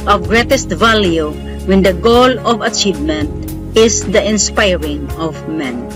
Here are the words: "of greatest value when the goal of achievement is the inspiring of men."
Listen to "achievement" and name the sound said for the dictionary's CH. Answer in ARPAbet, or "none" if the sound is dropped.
CH